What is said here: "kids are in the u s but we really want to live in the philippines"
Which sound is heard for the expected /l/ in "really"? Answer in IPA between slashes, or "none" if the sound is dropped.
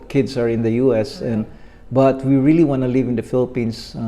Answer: /l/